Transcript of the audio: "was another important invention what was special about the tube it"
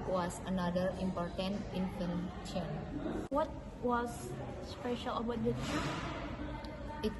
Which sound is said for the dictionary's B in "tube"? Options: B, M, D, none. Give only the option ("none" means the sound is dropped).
none